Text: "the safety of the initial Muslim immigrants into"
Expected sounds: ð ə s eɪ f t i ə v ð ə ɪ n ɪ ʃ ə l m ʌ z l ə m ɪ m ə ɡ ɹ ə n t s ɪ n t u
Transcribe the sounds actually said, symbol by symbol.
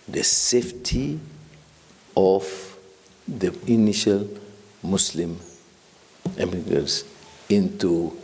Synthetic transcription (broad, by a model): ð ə s eɪ f t i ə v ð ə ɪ n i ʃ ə l m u s l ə m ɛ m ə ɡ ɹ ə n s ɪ n t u